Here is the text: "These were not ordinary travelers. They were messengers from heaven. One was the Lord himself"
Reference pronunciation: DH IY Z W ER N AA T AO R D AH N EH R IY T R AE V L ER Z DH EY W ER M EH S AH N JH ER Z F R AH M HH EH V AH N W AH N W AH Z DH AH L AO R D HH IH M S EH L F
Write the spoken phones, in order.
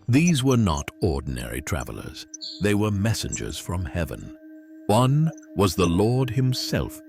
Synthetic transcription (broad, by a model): DH IY Z W ER N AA T AO R D N EH R IY T R AE V L ER Z DH EY W ER M EH S AH N JH ER Z F R AH M HH EH V AH N W AH N W AH Z DH AH L AO R D HH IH M S EH L F